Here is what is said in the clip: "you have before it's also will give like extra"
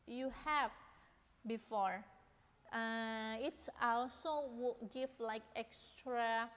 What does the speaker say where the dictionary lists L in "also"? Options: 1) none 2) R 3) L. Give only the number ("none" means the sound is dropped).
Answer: 3